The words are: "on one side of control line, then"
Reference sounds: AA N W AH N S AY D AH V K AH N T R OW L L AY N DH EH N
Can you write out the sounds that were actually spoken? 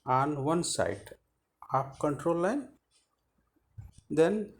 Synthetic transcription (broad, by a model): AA N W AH N S AY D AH P K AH N T R OW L L AY N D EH N